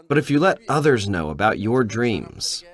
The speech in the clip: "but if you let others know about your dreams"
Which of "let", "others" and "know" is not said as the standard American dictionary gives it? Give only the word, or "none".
none